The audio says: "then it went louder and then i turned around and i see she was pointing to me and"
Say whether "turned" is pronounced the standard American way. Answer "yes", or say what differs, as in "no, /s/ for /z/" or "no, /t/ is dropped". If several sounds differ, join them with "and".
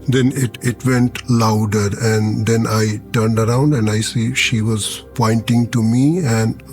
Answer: yes